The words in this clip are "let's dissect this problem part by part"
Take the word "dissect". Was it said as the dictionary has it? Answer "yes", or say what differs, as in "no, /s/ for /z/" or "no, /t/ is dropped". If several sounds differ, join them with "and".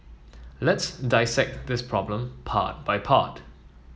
yes